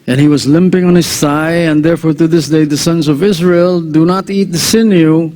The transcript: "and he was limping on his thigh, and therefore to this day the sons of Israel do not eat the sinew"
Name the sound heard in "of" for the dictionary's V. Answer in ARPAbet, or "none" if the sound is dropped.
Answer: V